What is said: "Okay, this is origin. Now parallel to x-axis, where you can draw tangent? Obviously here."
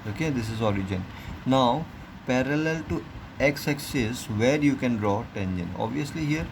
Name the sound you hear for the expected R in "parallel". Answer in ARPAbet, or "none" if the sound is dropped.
R